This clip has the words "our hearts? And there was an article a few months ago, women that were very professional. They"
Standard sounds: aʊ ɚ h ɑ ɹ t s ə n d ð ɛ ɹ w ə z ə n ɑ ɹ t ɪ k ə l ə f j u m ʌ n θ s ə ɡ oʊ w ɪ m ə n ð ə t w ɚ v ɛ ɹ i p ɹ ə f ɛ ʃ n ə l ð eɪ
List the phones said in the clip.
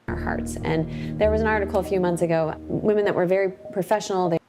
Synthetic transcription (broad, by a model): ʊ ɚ h ɑ ɹ t s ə n ð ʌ ɹ w ə z ə n ɑ ɹ t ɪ k l ə f j u m ʌ n θ s ə ɡ oʊ w ɪ m ə n ð ə t w ɚ v ɛ ɹ i p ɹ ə f ɛ ʃ n l ð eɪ